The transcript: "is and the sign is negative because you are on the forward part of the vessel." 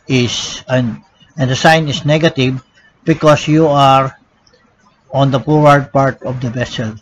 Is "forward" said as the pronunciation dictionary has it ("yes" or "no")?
no